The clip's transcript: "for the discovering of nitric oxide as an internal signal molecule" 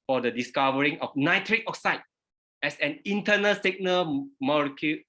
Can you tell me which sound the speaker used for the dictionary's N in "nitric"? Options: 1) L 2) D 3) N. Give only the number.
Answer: 3